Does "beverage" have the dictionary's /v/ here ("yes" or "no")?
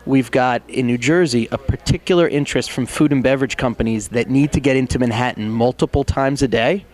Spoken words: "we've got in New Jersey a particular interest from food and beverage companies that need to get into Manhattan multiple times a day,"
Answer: yes